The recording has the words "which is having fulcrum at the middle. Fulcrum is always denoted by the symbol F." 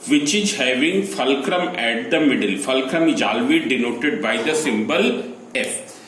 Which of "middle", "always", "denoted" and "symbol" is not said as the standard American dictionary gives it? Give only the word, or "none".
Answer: always